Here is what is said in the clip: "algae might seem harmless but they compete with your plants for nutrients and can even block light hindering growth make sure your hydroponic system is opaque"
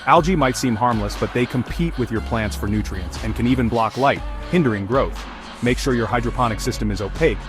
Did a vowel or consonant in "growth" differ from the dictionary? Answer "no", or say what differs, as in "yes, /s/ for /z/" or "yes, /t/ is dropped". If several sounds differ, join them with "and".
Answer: no